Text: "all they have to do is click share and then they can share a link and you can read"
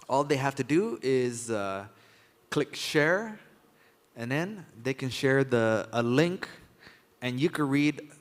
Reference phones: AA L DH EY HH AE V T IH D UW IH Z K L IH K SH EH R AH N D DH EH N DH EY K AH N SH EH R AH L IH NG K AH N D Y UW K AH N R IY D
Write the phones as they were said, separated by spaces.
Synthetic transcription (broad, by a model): AA L DH EY HH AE F T IH D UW IH Z K L IH K SH EH R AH N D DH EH N DH EY K AH N SH EH R AH L IH NG K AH N Y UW K AH N R IY D